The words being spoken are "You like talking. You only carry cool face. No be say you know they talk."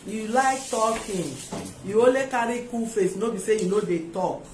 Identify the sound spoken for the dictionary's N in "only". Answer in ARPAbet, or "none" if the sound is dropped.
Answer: none